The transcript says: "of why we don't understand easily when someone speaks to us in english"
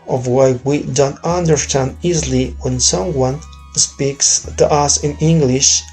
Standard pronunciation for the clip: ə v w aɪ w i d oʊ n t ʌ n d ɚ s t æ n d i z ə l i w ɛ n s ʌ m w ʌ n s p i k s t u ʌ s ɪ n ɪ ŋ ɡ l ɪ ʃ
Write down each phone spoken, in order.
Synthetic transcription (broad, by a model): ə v w aɪ w i d oʊ n t ʌ n d ɚ s t æ n d i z l i w ɛ n s ʌ m w ʌ n s p i k s t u ʌ s ɪ n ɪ ŋ ɡ l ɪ ʃ